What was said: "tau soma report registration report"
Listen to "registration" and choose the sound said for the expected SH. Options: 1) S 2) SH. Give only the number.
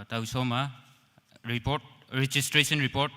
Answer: 1